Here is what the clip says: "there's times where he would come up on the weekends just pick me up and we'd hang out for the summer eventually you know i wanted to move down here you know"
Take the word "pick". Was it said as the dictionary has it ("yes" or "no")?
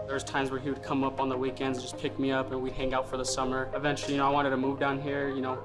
yes